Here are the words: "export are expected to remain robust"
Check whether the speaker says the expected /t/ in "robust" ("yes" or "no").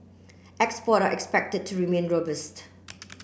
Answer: yes